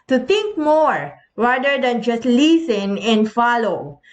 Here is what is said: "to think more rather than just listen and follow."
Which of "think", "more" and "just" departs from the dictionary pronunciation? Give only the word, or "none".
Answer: think